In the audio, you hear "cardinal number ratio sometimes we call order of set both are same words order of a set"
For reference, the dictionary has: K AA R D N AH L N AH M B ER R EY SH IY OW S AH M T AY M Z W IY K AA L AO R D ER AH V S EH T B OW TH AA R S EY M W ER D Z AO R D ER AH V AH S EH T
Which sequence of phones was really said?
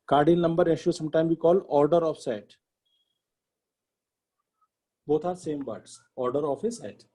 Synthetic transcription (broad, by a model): K AA R D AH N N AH M B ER R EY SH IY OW S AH M T AY M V IY K AA L AO R D ER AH F S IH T B OW T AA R S EY M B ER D S AO R D ER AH F AH S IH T